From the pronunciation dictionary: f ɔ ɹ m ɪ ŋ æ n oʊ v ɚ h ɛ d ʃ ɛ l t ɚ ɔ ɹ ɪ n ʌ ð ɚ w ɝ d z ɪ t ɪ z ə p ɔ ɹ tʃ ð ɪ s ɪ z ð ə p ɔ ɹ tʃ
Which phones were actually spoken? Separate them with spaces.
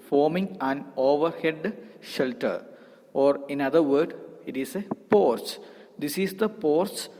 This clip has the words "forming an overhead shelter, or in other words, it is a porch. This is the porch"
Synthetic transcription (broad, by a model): f ɔ ɹ m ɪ ŋ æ n oʊ v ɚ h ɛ d ʃ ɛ l t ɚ ɔ ɹ ɪ n ʌ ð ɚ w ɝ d ɪ t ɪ s ə p ɔ ɹ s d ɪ s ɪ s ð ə p ɔ ɹ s